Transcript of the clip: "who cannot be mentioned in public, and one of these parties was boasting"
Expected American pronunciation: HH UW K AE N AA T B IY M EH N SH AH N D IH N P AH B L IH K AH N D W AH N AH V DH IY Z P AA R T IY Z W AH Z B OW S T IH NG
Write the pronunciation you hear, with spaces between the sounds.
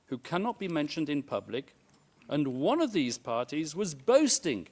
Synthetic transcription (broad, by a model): HH UW K AE N AA T B IY M EH N SH AH N D IH N P AH B L IH K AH N W AH N AH V DH IY Z P AA R T IY Z W AH Z B OW S T IH NG